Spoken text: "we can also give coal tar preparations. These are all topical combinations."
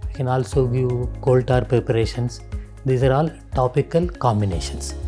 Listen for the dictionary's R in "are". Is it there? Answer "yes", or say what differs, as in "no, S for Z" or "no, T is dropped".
yes